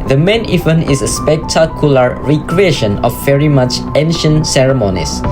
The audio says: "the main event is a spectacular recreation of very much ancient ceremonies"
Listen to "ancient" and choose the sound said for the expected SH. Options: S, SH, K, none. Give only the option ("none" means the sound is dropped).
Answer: SH